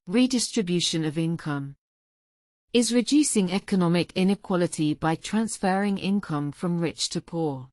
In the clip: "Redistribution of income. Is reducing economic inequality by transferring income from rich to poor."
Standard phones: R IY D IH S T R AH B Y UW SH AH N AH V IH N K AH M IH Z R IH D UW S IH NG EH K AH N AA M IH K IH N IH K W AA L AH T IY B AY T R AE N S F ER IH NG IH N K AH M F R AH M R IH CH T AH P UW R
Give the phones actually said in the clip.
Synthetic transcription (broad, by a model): R IY D IH S T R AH B Y UW SH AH N AH V IH N K AH M IH Z R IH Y UW S IH NG EH K AH N AA M IH K IH N IH K W AA L AH T IY B AY T R AE N S F ER IH NG IH N K AH M F R AH M R IH CH T AH P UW